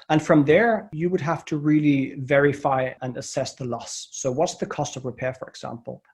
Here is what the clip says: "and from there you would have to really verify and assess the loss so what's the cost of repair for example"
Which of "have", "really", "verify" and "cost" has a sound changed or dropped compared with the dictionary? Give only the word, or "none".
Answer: have